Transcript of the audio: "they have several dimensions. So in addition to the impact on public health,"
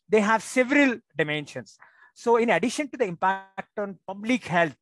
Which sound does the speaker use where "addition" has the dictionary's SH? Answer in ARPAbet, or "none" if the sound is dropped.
SH